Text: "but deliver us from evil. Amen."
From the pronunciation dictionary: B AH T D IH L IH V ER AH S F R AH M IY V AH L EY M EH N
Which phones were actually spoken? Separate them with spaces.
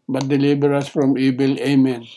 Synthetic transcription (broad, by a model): B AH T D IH L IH B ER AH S F R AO M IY B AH L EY M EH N